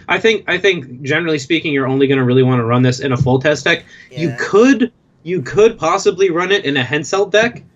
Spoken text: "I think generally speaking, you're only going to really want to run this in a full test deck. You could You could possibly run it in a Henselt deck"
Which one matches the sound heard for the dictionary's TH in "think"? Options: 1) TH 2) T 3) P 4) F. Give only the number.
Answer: 1